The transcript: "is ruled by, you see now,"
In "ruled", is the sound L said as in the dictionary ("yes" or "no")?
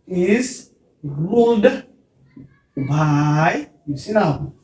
no